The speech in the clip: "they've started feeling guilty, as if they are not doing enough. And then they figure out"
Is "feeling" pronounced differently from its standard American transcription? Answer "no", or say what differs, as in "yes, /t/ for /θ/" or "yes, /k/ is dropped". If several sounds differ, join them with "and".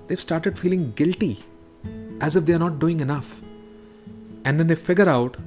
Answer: no